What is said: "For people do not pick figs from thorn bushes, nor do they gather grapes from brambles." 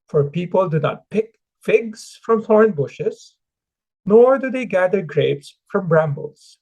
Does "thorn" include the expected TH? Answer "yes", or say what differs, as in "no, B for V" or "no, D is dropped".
no, F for TH